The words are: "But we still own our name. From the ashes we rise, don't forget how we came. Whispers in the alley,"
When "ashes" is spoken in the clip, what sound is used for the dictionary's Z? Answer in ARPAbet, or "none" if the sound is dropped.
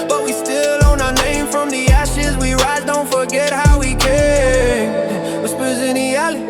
Z